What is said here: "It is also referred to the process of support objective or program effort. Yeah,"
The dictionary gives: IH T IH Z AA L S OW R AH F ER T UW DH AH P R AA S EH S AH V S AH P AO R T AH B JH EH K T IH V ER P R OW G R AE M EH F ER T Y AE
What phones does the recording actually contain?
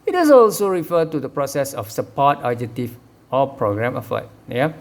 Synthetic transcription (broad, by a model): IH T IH S AA L S OW R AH F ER T UW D AH P R AA S EH S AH F S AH P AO T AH JH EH T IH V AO P R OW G R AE M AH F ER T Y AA